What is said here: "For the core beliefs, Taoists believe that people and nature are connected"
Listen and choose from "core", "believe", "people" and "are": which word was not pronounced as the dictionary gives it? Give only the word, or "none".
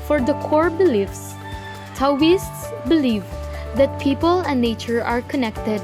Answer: none